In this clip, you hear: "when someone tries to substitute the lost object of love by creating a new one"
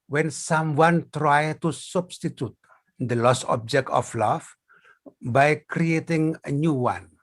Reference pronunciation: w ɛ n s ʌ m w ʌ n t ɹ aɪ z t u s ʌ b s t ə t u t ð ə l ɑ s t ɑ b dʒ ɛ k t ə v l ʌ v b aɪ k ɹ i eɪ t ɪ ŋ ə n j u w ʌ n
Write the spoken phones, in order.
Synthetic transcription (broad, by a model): w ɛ n s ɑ m w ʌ n t ɹ aɪ t u s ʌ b s t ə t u t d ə l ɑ s ɑ b dʒ ɛ k t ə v l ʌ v b aɪ k ɹ i eɪ t ɪ ŋ ə n j u w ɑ n